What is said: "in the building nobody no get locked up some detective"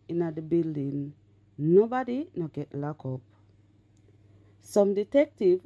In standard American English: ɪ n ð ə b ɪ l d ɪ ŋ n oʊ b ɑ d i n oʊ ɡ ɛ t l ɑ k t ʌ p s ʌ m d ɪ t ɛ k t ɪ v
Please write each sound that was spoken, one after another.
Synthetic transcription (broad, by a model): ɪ n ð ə b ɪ l d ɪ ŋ n oʊ b ɑ d i n oʊ ɡ ɛ t l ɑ k ɔ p s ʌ m d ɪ t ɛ k t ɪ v